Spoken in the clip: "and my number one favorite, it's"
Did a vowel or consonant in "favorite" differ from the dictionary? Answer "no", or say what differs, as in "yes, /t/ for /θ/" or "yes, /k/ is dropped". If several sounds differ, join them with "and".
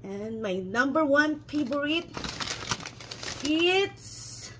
yes, /p/ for /f/ and /b/ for /v/